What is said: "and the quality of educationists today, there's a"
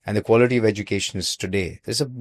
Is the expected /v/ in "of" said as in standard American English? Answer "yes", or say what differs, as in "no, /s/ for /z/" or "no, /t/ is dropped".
yes